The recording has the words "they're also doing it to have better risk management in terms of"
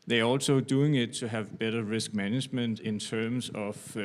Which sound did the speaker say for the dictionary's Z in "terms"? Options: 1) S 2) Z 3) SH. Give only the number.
1